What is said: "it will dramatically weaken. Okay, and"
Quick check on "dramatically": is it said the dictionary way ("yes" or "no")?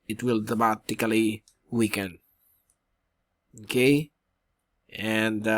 no